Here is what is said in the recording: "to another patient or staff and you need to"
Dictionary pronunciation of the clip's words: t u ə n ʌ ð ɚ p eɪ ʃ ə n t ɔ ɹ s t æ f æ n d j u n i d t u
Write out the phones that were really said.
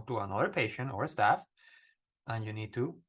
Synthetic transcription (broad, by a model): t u ə n ʌ ð ɚ p eɪ ʃ ə n t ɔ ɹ s t æ f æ n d j u n i d t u